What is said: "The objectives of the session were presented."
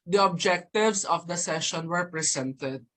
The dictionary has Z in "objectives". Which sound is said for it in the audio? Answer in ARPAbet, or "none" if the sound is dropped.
S